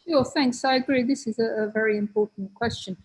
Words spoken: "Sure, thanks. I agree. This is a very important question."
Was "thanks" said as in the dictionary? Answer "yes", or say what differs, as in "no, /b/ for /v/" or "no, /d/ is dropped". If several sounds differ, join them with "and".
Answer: yes